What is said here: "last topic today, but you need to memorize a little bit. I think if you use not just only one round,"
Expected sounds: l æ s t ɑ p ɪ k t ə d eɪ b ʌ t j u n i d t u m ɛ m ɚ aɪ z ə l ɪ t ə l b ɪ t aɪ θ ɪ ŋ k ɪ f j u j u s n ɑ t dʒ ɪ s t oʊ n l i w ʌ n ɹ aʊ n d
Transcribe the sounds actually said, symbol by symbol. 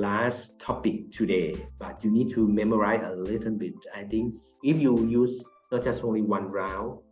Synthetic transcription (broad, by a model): l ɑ s t ɑ p ɪ k t ə d eɪ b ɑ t j u n i d t u m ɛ m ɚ aɪ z ə l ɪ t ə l b ɪ t aɪ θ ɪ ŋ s ɪ f j u j u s n ɑ t dʒ ɪ s t oʊ n l i w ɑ n ɹ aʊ